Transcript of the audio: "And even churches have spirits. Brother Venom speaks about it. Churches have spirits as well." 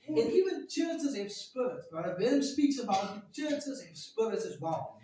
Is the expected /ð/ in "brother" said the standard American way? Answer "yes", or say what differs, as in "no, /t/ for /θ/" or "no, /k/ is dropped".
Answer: no, /ð/ is dropped